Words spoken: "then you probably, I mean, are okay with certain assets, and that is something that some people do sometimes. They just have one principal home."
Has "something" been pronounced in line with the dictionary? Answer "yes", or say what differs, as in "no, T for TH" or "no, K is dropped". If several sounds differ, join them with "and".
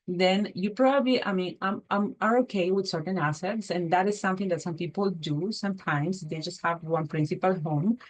no, T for TH